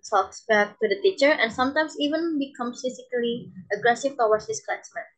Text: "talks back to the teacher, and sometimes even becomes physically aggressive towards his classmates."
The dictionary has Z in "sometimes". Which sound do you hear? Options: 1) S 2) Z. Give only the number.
1